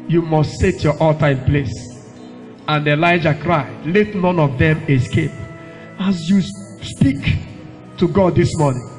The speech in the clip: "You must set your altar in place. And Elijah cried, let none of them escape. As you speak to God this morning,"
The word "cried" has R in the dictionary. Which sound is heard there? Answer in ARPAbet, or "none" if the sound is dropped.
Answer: R